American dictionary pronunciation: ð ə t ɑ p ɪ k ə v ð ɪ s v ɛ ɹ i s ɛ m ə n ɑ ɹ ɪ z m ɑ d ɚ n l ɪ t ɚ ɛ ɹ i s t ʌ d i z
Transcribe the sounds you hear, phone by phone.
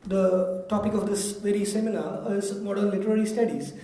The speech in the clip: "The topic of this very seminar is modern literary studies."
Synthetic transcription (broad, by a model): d ə t ɑ p ɪ k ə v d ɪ s v ɛ ɹ i s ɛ m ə n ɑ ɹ ɪ z m ɑ d ɚ n l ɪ t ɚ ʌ l i s t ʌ d i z